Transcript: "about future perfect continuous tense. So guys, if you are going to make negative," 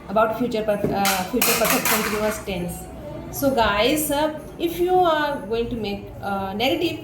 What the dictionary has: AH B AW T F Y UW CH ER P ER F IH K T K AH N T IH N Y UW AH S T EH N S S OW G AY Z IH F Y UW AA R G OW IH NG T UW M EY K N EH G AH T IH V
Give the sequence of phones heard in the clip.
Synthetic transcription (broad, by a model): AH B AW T F Y UW CH ER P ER P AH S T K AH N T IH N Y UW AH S T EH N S S OW G AY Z IH F Y UW AA R G OW IH NG T UW M EY K N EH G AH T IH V